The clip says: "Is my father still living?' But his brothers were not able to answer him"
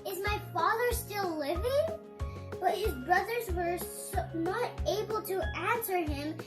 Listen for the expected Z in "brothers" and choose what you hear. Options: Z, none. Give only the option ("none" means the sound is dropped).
Z